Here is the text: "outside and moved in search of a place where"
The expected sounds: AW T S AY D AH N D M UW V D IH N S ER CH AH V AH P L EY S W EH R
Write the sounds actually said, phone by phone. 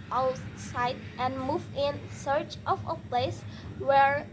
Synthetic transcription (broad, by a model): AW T S AY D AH N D M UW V IH N S ER CH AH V AH P L EY S W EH R